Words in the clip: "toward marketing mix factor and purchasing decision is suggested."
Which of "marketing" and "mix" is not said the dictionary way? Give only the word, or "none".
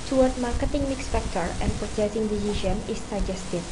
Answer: none